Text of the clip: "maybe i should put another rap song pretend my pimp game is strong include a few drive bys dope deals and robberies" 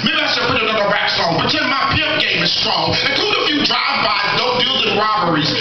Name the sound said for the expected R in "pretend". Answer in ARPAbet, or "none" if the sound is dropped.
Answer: none